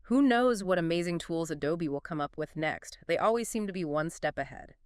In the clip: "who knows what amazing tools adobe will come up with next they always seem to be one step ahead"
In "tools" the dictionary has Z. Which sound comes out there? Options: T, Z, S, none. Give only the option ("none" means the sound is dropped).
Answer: Z